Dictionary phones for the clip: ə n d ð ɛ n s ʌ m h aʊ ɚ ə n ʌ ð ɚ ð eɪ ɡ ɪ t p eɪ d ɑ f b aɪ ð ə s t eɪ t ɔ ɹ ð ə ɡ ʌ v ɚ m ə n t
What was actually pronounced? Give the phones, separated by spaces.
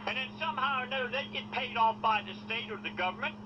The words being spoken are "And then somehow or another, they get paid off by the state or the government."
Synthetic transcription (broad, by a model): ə n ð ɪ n s ʌ m h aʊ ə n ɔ ʊ ð eɪ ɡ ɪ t p eɪ d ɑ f b aɪ ð ə s t eɪ t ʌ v ð ə ɡ ʌ v ɚ m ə n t